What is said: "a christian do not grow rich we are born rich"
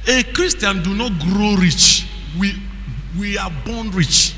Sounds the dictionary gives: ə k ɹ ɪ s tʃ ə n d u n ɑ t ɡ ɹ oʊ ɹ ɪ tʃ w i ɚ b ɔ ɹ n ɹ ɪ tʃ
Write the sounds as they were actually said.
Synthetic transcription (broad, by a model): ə k ɹ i s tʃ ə n d u n ɑ t ɡ ɹ oʊ ɹ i tʃ w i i b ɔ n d ɹ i tʃ